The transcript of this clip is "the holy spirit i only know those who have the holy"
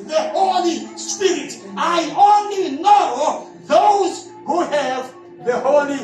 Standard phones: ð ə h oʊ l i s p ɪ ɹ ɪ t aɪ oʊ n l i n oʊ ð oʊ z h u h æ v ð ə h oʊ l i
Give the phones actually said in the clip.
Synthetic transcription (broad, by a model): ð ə h oʊ l i s p ɪ ɹ ɪ t aɪ oʊ n l i n oʊ ð oʊ z h u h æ v ð ə h oʊ l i